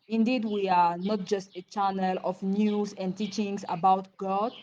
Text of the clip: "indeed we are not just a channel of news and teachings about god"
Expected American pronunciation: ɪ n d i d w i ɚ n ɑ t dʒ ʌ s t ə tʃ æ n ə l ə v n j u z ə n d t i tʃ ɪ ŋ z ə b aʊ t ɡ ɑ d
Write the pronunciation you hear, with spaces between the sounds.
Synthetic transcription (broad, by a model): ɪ n d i d w i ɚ n ɑ t dʒ ʌ s t ə tʃ æ n ə l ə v n j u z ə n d t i tʃ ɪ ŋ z ə b aʊ t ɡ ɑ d